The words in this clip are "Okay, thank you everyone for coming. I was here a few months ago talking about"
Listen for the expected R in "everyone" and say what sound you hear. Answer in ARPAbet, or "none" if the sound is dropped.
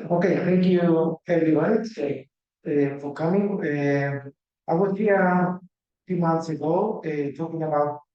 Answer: none